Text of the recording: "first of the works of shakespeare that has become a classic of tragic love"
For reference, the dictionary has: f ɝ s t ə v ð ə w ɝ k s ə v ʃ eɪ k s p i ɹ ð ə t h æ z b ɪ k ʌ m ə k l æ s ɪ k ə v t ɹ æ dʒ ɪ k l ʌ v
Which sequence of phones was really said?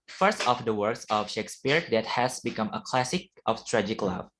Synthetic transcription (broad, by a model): f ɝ s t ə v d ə w ɝ k s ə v ʃ eɪ k s p i ɹ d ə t h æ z b ɪ k ʌ m ə k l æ s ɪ k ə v t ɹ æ dʒ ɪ k l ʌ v